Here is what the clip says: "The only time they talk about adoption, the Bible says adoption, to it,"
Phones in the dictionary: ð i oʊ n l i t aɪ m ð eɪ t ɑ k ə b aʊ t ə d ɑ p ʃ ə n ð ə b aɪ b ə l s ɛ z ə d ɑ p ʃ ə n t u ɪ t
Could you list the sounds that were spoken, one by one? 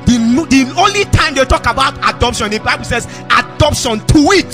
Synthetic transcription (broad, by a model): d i oʊ n l i t aɪ m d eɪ t ɑ k ə b aʊ t ə d ɑ p ʃ ə n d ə b aɪ b ə l s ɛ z ə d ɑ p ʃ ə n t u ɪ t